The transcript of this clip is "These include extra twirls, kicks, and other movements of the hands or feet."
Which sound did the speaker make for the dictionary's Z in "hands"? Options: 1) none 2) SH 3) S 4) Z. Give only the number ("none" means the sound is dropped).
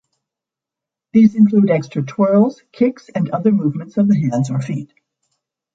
4